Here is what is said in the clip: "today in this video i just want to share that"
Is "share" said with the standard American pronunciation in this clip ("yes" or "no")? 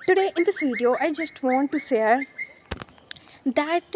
no